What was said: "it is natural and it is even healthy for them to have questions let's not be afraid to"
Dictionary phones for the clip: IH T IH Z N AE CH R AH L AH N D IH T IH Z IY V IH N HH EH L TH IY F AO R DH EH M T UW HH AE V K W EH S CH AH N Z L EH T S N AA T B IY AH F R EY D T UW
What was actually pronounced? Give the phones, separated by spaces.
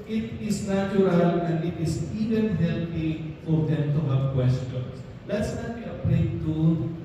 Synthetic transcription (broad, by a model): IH T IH S N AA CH R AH L AH N D IH T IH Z IY V IH N HH EH L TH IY F AO R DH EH M T UW HH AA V K W EH S CH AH N S L EH T S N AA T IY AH P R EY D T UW